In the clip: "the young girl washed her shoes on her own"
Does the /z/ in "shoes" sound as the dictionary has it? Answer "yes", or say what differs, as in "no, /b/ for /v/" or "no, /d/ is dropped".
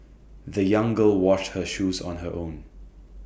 yes